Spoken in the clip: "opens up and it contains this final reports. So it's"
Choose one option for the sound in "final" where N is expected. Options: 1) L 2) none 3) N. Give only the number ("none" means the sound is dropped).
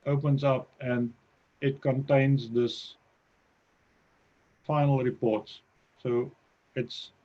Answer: 3